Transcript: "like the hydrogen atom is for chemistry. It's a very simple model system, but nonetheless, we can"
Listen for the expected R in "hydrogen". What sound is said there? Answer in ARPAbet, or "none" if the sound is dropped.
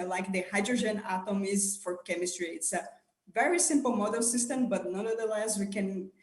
R